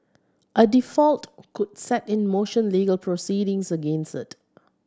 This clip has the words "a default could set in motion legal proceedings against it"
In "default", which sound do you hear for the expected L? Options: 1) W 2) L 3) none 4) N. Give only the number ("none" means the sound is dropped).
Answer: 2